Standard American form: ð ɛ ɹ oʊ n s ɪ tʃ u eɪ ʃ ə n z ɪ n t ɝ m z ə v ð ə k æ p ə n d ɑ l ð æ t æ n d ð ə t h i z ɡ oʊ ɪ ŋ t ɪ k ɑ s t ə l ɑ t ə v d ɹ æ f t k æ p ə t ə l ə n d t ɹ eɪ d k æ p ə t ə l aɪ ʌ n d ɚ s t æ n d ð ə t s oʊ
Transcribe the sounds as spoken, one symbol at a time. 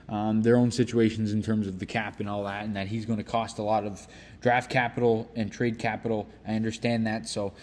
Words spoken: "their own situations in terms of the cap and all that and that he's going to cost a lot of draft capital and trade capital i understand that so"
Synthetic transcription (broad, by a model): ð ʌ ɹ oʊ n s ɪ tʃ u eɪ ʃ n z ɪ n t ɝ m z ə v ð ə k æ p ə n ɑ l ð æ t n ð ə t h i z ɡ oʊ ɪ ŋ t ɪ k ɑ s t ə l ɑ t ə v d ɹ æ f t k æ p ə t l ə n t ɹ eɪ d k æ p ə t l aɪ ʌ n d ɚ s t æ n ð ə t s oʊ